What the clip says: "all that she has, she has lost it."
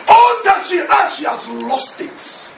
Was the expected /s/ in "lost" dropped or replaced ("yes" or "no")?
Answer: no